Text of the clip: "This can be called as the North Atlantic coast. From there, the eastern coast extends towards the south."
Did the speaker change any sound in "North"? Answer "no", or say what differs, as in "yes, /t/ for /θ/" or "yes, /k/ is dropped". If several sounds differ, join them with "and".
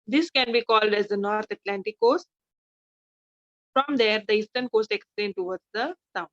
yes, /t/ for /θ/